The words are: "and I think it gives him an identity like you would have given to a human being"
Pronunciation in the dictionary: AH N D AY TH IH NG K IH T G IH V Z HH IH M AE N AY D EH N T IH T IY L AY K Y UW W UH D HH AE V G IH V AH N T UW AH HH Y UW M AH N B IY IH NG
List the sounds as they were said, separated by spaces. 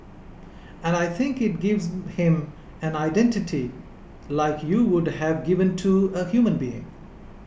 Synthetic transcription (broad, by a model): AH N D AY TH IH NG K IH T G IH V Z HH IH M AE N AY D EH N T IH T IY L AY K Y UW W UH D HH AE V G IH V AH N T UW AH HH Y UW M AH N B IY IH NG